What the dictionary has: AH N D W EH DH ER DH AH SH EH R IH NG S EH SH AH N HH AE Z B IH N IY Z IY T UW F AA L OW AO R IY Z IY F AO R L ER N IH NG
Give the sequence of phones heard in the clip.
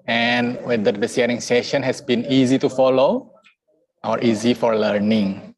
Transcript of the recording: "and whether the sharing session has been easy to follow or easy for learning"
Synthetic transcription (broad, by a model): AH N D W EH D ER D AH S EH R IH NG S EH SH AH N HH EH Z B IH N IY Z IY T UW F AA L OW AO R IY Z IY F AO R L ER N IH NG